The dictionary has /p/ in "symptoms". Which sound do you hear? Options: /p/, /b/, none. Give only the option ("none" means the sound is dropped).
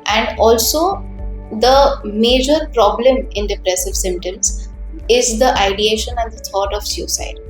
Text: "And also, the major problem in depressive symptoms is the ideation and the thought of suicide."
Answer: none